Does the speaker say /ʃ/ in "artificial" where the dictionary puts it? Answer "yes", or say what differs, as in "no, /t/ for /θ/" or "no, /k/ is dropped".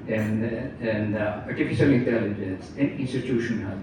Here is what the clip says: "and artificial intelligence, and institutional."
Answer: no, /s/ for /ʃ/